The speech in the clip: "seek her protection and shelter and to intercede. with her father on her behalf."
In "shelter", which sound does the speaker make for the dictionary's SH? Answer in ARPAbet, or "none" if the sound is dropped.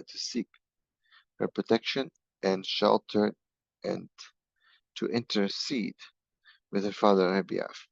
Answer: SH